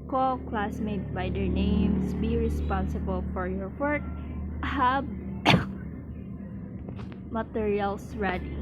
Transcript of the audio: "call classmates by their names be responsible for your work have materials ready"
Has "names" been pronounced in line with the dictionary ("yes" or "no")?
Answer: no